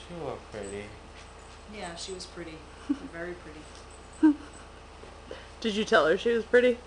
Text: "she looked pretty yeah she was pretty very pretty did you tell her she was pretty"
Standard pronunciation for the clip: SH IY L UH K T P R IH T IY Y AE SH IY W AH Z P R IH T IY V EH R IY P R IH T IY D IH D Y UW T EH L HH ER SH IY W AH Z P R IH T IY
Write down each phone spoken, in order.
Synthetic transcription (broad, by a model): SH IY W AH P R IH T IY Y AE SH IY W AH Z P R IH T IY V EH R IY P R IH T IY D IH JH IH T EH L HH ER SH IY W AH Z P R IH T IY